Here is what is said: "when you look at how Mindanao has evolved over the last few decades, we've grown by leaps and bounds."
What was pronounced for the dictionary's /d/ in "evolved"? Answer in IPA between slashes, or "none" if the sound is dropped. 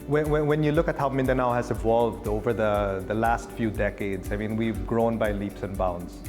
/d/